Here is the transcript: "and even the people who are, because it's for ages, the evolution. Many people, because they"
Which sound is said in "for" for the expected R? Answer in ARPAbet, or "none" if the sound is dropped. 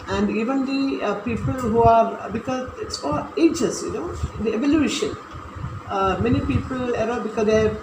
L